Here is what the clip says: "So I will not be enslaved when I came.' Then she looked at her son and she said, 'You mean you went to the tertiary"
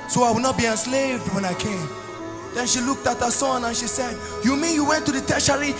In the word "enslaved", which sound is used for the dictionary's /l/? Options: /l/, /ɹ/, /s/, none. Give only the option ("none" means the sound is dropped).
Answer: /l/